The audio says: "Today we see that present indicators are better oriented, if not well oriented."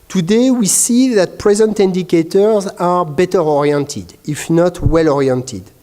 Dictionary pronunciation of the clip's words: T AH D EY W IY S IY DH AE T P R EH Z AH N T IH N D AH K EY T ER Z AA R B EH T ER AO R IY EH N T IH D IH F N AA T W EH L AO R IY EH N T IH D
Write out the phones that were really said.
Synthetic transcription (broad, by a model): T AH D EY W IY S IY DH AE T P R EH Z AH N T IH N D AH K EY T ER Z AA R B EH T ER AO R IY EH N T IH D IH F N AA T W EH L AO R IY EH N T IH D